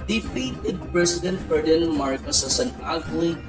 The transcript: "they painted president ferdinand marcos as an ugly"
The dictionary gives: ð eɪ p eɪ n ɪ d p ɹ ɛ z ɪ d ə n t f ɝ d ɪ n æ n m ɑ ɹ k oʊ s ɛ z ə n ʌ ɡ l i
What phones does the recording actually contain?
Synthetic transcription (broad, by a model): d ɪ f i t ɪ d p ɹ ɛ s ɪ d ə n t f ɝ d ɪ n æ l m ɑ ɹ k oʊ s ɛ s ə n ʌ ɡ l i